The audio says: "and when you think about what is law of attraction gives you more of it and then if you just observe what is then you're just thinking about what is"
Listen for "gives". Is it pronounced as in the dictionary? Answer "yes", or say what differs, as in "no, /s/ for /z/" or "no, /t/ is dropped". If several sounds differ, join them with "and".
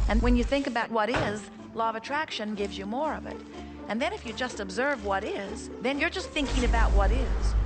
yes